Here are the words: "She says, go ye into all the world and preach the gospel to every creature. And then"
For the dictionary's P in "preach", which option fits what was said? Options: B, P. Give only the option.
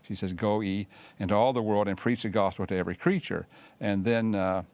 P